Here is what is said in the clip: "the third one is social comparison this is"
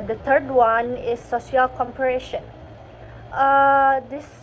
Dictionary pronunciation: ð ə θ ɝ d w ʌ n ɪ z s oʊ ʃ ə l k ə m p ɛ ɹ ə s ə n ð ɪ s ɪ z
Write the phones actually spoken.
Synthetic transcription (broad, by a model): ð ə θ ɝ d w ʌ n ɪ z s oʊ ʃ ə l k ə m p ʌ ɹ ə ʃ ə n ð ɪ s